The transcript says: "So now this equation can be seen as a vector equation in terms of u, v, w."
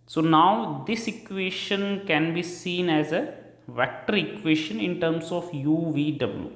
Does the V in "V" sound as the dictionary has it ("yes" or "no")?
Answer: yes